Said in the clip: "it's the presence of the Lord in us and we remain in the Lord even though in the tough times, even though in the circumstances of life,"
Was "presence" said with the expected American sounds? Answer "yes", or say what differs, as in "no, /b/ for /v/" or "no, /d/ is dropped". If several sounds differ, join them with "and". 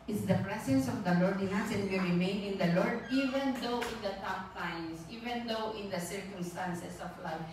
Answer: no, /s/ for /z/